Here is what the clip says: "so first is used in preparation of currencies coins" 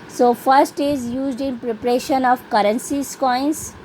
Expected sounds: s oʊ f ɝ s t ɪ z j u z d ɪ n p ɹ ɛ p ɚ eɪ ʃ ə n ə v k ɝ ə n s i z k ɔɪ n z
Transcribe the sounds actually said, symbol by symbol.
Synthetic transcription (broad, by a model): s oʊ f ɝ s t ɪ z j u z d ɪ n p ɹ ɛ p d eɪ ʃ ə n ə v k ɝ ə n s i s k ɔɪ n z